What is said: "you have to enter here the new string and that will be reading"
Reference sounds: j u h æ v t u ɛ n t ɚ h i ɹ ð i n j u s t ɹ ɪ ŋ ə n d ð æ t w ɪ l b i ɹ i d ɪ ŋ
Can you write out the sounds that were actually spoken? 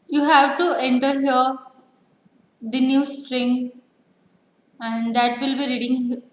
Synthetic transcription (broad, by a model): j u h æ v t u ɛ n t ɚ h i ɹ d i n j u s t ɹ ɪ ŋ ə n d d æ t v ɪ l b i ɹ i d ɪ ŋ